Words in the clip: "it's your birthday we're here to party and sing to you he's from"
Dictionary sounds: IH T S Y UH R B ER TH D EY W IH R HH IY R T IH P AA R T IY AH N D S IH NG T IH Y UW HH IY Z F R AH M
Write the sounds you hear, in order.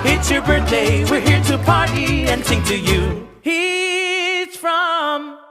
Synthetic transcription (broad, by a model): IH T S Y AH R B ER TH D EY W IH R HH IY R T IH P AA R T IY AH N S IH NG T IH Y UW HH IY Z F R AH M